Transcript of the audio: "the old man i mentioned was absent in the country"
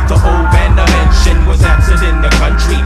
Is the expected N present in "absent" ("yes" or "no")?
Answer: no